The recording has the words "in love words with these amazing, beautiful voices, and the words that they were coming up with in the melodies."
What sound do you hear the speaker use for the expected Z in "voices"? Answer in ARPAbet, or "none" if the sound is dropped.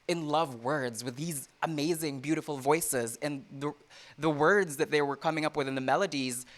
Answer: Z